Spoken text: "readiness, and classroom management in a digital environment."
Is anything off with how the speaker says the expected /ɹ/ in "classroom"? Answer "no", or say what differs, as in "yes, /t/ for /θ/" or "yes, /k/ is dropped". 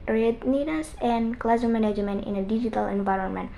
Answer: yes, /ɹ/ is dropped